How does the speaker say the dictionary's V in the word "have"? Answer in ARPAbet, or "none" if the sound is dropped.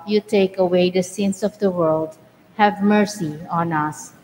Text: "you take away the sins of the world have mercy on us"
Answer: V